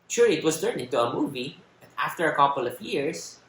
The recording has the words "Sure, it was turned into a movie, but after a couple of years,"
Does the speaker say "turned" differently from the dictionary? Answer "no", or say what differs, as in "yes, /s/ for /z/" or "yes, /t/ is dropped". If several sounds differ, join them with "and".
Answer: yes, /d/ is dropped